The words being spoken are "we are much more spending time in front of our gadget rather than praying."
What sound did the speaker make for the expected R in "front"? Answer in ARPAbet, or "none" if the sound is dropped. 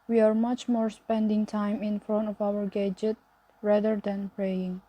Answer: R